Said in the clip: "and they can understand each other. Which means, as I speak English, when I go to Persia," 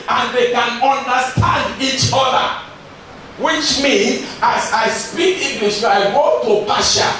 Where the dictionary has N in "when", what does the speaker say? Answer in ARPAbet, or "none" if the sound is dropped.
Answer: none